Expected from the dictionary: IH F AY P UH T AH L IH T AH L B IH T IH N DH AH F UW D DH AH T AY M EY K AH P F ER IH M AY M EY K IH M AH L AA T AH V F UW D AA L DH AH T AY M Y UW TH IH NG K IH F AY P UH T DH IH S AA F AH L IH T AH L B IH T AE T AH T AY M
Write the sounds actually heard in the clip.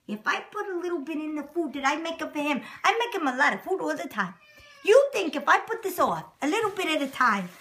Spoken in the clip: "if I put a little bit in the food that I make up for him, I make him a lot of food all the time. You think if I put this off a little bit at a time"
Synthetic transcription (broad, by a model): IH F AY P UH T AH L IH T L B IH T IH N DH AH F UW D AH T AY M EY K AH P F ER IH M AY M EY K IH M AH L AA T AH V F UW D AA L DH AH T AY M Y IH TH IH NG K IH F AY P UH T DH IH S AA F AH L IH T L B IH T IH T AH T AY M